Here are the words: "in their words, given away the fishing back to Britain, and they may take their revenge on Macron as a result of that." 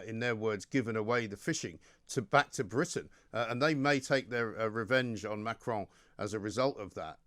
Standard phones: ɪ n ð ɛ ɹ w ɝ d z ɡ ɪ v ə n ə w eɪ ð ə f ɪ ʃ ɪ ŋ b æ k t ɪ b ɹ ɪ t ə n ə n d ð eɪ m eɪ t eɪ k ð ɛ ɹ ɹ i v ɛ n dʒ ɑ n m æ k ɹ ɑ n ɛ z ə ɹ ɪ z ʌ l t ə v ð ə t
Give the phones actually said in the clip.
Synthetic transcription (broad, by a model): ɪ n ð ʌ ɹ w ɝ d z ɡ ɪ v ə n ə w eɪ ð ə f ɪ ʃ ɪ ŋ b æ k t ɪ b ɹ ɪ t n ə n ð eɪ m eɪ t eɪ k ð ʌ ɹ ɹ i v ɛ n dʒ n m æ k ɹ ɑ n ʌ z ə ɹ ɪ z ʌ l t ə v ð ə t